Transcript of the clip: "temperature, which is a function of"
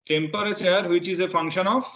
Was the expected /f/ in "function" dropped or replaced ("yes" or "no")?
no